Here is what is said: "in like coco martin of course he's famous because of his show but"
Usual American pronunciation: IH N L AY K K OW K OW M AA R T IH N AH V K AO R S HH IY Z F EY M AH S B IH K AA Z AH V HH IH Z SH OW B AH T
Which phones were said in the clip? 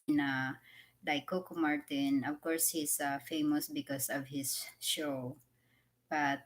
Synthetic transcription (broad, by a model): N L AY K K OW K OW M AA R T IH N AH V K AO R S HH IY S F EY M AH S B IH K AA S AH V HH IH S SH OW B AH T